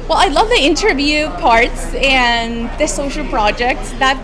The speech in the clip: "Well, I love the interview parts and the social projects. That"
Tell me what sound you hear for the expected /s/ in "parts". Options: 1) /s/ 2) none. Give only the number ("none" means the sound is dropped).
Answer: 1